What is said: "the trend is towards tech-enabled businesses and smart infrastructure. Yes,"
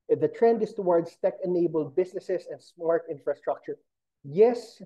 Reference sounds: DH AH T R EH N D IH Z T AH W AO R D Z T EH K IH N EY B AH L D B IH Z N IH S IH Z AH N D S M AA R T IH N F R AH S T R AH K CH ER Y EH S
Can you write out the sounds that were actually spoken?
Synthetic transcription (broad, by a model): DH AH T R EH N D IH S T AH W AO R D S T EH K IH N EY B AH L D B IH S N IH S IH S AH N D S M AA R T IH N F R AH S T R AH K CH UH Y EH S